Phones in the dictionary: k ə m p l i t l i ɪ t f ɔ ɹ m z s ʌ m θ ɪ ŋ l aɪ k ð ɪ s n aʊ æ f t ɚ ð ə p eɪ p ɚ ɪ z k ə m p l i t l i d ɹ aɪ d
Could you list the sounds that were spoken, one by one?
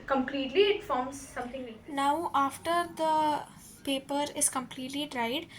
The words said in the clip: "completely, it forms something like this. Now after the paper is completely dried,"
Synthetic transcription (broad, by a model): k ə m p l i t l i ɪ t f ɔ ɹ m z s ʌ m t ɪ ŋ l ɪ n aʊ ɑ f t ɚ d ə p eɪ p ɚ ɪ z k ə m p l i t l i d ɹ aɪ d